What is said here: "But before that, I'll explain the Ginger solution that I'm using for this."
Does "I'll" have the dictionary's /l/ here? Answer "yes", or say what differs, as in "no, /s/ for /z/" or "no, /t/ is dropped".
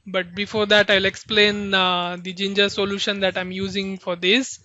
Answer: yes